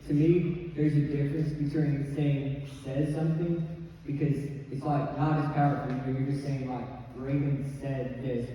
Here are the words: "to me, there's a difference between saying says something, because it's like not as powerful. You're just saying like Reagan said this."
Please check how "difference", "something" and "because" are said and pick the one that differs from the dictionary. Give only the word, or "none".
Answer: none